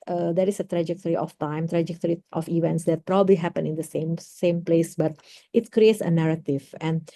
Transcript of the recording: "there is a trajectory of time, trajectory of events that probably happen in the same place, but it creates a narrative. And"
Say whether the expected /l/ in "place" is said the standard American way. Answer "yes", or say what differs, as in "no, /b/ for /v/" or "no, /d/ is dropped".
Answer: yes